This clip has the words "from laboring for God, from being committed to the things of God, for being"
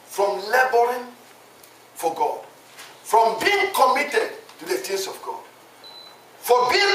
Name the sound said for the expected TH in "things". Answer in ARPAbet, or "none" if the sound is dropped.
T